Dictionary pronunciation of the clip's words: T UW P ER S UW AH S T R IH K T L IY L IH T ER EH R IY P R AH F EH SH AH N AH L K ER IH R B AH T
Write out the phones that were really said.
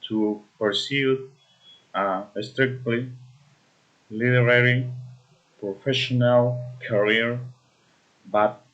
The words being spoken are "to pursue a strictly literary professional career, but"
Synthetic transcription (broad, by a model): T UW P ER S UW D S T R IH K T L IY L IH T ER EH R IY P R AH F EH SH AH N AH L K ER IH R B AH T